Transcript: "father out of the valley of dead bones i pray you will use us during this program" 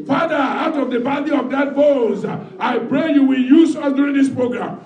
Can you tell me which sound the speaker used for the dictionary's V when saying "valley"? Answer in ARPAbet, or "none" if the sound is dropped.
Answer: B